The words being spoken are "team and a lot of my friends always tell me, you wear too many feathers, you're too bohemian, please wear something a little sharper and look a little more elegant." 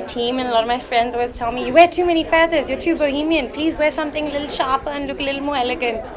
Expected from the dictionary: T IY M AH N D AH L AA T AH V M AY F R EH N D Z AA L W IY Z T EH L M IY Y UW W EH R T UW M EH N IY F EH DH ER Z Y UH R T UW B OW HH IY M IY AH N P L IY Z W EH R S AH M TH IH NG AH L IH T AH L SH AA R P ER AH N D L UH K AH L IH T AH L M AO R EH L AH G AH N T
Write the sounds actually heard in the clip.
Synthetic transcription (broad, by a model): T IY M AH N AH L AA T AH V M AY F R EH N D Z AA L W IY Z T EH L M IY Y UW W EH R T UW M EH N IY F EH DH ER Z Y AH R T UW B OW HH IY M IY AH N P L IY Z W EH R S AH M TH IH NG AH L IH T L SH AA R P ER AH N L UH K AH L IH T L M AO R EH L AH G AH N T